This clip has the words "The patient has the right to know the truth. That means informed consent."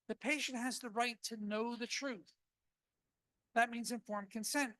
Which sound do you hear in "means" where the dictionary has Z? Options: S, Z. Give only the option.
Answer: Z